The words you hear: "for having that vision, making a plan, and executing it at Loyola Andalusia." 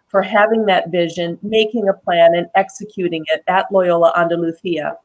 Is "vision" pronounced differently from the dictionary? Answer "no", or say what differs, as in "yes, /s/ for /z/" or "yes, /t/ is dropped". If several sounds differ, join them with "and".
no